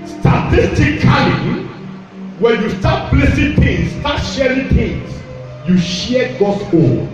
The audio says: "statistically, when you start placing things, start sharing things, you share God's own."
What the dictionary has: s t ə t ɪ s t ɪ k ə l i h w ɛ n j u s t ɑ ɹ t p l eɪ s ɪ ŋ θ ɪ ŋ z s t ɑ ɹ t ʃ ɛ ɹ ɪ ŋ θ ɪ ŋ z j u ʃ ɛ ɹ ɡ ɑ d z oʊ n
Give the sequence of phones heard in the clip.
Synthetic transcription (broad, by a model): s t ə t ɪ s t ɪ k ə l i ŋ w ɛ n j u s t ɑ t b l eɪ s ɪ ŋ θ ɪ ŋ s t ɑ t ʃ ɛ ɹ ɪ ŋ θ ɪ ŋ s j u ʃ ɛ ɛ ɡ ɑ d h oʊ